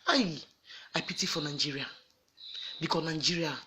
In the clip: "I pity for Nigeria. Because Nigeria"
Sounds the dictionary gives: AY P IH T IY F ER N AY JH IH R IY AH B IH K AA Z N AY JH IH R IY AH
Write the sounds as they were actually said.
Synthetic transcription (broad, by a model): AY P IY T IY F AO N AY JH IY R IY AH B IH K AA N AY JH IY R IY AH